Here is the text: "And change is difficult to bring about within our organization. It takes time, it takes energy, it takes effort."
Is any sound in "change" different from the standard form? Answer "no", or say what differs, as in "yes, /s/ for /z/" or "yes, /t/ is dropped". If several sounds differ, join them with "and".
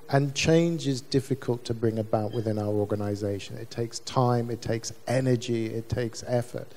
no